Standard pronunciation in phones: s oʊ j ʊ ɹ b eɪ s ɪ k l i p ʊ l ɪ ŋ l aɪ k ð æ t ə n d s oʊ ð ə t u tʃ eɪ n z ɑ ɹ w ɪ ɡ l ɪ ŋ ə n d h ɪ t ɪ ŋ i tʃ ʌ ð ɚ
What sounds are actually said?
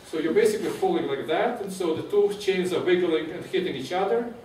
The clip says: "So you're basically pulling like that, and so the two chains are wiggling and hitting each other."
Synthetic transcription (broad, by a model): s oʊ j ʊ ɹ b eɪ s ɪ k l i f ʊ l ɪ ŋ l aɪ k ð æ t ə n s oʊ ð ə t u tʃ eɪ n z ɑ ɹ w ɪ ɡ l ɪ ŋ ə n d h ɪ t ɪ ŋ i tʃ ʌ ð ɚ